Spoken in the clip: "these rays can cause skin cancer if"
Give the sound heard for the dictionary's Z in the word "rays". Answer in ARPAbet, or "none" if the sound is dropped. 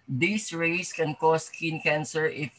S